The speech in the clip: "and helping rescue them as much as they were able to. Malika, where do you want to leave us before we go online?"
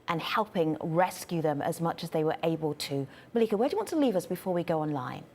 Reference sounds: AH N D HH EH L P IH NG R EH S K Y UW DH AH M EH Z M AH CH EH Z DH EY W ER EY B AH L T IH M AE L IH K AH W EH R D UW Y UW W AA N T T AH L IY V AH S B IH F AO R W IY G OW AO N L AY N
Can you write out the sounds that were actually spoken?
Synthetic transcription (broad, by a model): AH N HH EH L P IH NG R EH S K Y UW DH AH M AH Z M AH CH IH Z DH EY W ER EY B AH L T IH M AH L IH K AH W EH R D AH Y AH W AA N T T AH L IY V AH S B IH F AO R W IY G OW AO N L AY N